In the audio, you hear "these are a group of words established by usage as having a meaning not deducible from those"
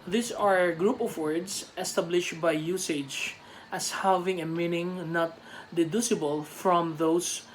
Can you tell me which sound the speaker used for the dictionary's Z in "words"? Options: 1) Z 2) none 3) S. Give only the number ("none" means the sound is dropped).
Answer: 3